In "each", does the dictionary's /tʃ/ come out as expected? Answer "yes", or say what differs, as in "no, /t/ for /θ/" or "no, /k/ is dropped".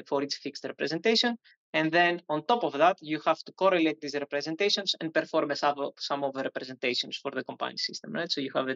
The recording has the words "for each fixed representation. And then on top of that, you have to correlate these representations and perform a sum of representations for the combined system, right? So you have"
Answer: no, /s/ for /tʃ/